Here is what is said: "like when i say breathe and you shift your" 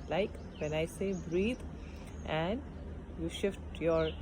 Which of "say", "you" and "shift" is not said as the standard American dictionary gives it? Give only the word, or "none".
none